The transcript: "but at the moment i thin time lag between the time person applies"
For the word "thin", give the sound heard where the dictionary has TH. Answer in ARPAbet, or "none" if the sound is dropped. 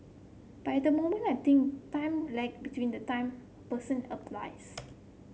T